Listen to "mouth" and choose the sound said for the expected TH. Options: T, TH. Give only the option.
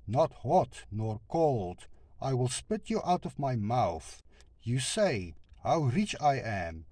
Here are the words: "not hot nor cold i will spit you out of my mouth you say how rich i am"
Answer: TH